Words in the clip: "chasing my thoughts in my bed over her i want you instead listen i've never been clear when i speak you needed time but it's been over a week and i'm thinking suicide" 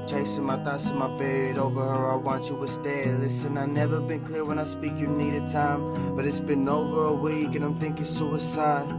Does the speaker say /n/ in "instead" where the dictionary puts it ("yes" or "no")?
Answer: no